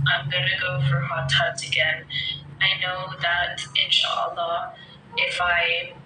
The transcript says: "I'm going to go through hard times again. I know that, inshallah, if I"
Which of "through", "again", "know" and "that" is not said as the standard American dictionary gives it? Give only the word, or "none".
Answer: through